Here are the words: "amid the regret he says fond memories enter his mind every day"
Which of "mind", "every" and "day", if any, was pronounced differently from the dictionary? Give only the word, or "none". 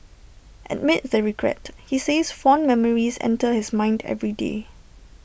none